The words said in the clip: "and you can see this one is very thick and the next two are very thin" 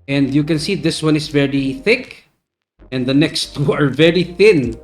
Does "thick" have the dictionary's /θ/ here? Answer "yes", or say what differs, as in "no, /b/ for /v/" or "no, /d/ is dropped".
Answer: yes